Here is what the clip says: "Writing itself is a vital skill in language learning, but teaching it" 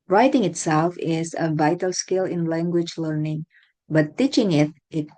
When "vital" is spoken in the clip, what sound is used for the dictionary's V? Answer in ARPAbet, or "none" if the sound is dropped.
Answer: V